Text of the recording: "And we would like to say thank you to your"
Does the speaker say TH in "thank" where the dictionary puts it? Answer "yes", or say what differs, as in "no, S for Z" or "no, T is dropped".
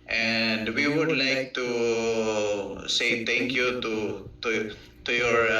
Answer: no, T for TH